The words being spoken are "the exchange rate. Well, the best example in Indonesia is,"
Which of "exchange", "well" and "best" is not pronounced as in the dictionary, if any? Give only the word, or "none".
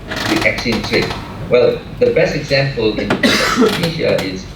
exchange